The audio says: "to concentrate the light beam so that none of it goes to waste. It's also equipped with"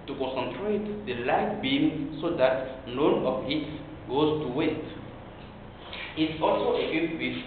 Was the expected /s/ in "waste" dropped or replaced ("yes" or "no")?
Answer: yes